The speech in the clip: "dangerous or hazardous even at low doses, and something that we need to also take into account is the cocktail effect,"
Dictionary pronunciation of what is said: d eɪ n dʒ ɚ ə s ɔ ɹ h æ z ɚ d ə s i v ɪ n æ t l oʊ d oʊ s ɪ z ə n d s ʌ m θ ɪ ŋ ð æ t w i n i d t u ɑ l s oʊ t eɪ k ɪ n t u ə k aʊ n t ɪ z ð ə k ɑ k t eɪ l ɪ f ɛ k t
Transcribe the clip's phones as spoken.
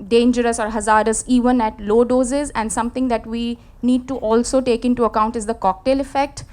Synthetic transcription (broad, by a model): d eɪ n dʒ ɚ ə s ɔ ɹ h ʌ z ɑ d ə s i v ɪ n æ t l oʊ d oʊ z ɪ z ə n d s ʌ m t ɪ ŋ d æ t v i n i d t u ɑ l s oʊ t eɪ k ɪ n t u ə k aʊ n t ɪ z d ə k ɑ k t eɪ l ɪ f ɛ k t